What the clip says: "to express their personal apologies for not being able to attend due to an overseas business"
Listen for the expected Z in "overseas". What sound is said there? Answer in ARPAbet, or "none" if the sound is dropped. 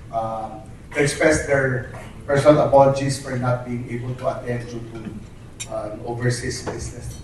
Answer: S